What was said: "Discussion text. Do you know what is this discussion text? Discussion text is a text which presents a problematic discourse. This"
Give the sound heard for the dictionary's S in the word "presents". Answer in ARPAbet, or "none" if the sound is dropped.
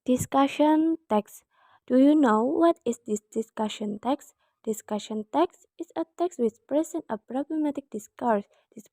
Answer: none